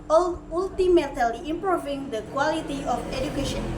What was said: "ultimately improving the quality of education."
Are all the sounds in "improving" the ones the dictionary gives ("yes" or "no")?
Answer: yes